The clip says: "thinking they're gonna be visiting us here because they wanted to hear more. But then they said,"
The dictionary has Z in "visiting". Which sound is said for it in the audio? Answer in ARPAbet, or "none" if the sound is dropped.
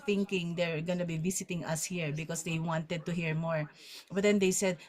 S